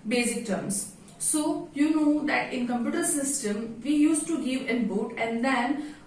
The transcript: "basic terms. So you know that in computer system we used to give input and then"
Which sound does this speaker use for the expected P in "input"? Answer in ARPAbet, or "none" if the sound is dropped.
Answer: B